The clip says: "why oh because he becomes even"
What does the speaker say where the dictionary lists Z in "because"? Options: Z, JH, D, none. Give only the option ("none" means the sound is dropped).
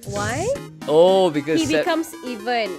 none